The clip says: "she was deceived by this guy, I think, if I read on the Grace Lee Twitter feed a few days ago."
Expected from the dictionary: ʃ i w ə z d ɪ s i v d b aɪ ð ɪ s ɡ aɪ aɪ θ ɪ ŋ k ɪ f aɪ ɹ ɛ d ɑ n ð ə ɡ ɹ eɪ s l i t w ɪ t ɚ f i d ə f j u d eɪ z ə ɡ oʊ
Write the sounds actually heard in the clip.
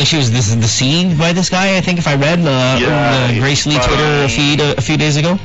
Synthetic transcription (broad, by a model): ʃ i w ə z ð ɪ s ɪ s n b aɪ ð ɪ s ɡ aɪ aɪ θ ɪ ŋ k ɪ f aɪ ɹ ɛ d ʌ ð ə ɡ ɹ eɪ s l i t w ɪ t ɚ f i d ə f j u d eɪ z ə ɡ oʊ